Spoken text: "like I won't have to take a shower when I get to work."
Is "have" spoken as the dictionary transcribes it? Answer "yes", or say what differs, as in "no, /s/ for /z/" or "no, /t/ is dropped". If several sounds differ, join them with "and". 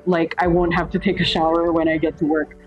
no, /f/ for /v/